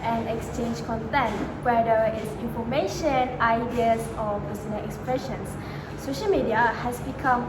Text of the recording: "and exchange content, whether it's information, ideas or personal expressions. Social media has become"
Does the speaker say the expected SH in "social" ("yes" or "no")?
yes